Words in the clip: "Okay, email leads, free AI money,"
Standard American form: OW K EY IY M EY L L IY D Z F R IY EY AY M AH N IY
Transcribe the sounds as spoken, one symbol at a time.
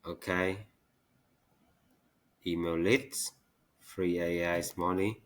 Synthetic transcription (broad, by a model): OW K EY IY M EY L L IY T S F R IY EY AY M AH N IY